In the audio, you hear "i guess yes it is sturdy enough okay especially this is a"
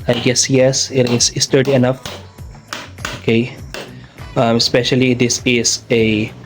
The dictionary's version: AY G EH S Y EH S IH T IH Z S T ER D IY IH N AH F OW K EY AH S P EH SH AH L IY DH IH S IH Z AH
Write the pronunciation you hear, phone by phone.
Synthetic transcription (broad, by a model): AY G EH S Y EH S IH T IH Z S T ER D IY IH N AH F OW K EY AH S P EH SH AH L IY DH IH S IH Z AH